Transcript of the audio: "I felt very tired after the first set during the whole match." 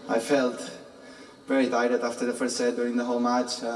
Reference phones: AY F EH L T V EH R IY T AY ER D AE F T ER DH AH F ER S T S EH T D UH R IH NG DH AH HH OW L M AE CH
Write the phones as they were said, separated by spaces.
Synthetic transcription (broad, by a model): AY F EH L T V EH R IY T AY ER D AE F T ER DH AH F ER S T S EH D UH R IH NG DH AH HH OW L M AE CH